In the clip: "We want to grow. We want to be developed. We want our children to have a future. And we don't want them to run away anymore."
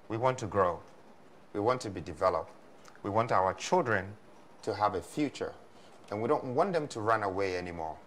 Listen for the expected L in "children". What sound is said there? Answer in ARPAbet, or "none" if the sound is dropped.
L